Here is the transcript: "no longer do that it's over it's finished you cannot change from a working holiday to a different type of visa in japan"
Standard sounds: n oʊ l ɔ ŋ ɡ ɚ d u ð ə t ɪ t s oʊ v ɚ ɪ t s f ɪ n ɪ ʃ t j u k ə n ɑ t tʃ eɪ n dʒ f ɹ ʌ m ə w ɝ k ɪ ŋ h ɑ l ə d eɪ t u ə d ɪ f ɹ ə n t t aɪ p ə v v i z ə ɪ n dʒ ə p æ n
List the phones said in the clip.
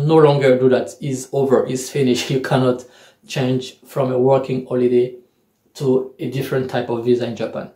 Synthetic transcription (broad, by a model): n oʊ l ɔ ŋ ɡ ɚ d u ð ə t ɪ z oʊ v ɚ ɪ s f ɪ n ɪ ʃ j u k ə n ɑ t tʃ eɪ n dʒ f ɹ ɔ m ə w ɝ k ɪ ŋ h ɑ l ə d eɪ t u ə d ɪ f ɹ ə n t t aɪ p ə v v i z ə ɪ n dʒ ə p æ n